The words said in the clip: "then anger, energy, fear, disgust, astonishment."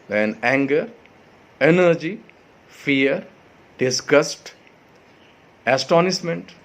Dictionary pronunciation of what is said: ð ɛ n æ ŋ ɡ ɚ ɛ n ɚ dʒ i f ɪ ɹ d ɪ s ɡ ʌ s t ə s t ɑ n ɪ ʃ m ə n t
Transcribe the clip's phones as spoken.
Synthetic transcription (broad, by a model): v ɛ n æ ŋ ɡ ɚ ɛ n ɚ dʒ i f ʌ ɹ d ɪ s ɡ ʌ s t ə s t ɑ n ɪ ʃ m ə n t